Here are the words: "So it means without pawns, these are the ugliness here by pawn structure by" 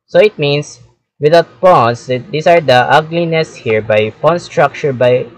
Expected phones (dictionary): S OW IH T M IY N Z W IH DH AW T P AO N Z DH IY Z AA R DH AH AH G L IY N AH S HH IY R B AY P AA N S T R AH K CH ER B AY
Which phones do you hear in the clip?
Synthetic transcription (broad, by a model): S OW IH T M IY N S W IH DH AW T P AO N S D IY S AA R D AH AH G L IY N AH S HH IY R B AY P AA N S T R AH K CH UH B AY